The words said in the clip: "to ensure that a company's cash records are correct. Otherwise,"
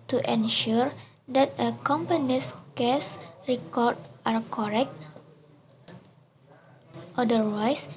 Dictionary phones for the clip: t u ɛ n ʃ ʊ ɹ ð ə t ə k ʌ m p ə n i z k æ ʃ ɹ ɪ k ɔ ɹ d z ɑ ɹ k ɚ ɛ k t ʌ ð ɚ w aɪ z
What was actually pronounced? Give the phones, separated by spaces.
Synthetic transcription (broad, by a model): t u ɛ n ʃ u ɹ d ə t ə k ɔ m p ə n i s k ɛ s ɹ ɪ k ɔ ɹ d ɑ ɹ k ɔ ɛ k t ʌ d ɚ w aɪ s